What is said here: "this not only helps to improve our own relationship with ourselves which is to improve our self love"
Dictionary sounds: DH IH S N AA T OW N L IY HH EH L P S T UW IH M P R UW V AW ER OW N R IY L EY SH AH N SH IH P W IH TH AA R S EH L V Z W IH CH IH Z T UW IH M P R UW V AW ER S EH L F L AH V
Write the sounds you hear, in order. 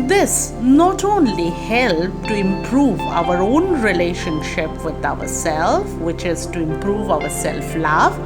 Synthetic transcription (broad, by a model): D IH S N AA T OW N L IY HH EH L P T UW IH M P R UW V AW ER OW N R IY L EY SH AH N SH IH P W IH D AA R S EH L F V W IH CH IH Z T UW IH M P R UW V AW ER S EH L F L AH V